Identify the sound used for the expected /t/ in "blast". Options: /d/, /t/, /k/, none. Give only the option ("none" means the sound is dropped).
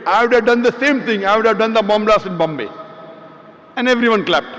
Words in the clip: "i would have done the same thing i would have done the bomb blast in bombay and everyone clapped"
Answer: none